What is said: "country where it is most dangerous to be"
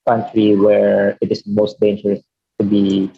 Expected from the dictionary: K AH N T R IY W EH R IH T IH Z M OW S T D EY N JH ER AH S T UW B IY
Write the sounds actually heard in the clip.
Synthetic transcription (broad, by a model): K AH N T R IY W EH R IH T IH S M OW S T D EY N JH ER AH S T UW B IY